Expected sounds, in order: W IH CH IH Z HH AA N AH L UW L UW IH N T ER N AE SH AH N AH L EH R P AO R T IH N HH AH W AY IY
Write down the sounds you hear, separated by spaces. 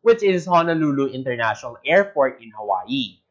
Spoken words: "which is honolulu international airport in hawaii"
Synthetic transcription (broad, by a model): W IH CH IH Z HH AA N AH L UW L UW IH N T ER N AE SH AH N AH L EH R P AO R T IH N HH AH W AY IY